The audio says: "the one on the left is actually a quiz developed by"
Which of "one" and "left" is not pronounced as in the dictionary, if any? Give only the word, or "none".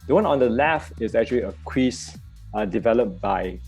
left